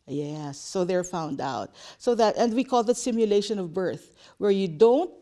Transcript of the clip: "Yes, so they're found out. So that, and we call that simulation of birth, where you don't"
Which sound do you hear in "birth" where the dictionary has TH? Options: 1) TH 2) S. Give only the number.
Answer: 1